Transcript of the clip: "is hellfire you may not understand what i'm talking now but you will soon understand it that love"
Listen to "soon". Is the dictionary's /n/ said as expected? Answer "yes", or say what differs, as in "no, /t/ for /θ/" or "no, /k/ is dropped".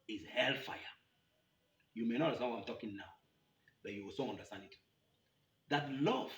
no, /n/ is dropped